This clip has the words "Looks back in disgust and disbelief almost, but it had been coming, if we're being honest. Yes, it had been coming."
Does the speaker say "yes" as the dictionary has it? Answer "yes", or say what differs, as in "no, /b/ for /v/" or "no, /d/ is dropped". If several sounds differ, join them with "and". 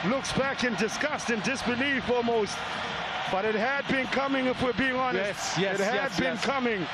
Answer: no, /s/ is dropped